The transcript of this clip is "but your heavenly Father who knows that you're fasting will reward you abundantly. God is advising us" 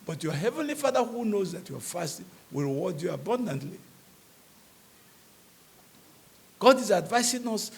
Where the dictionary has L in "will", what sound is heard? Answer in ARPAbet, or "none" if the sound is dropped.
L